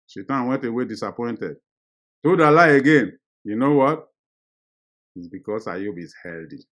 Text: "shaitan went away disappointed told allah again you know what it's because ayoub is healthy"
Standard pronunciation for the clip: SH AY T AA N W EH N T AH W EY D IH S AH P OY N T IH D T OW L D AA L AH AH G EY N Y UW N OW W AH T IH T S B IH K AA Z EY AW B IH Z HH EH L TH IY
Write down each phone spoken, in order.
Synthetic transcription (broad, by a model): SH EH T AA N W EH N T AH W EY D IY S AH P OY N T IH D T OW D AA L AH AH G EY N Y UW N OW W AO T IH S B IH K AA S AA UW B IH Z HH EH L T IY